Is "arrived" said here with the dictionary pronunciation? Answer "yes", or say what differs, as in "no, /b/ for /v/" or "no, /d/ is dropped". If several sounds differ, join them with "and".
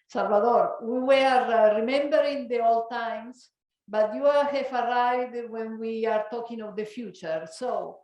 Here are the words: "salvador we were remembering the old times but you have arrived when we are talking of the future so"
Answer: no, /v/ is dropped